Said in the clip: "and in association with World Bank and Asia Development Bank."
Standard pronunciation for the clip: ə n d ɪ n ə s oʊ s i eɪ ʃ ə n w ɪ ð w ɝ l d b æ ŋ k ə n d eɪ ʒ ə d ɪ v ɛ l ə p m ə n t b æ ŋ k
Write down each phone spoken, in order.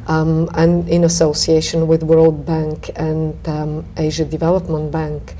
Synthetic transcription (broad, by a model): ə n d ɪ n ə s oʊ s i eɪ ʃ ə n w ɪ ð w ɝ l d b æ ŋ k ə n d eɪ ʒ ə d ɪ v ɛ l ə p m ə n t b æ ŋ k